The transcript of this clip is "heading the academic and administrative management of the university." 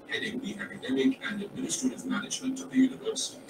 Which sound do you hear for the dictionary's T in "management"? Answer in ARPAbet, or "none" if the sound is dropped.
T